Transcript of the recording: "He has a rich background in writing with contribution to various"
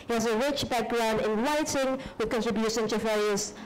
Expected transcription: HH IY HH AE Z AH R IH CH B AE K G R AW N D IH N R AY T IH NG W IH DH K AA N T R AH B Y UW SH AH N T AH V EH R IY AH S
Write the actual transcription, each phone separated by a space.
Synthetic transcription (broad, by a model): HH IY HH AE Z AH R IH CH B AE K G R AW N D IH N L AY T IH NG W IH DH K AA N T R AH B Y UW SH AH N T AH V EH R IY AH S